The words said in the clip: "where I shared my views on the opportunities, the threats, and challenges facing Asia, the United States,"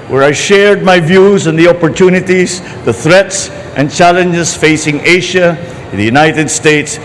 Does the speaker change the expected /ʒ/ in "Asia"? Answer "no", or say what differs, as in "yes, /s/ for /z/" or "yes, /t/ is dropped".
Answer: yes, /ʃ/ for /ʒ/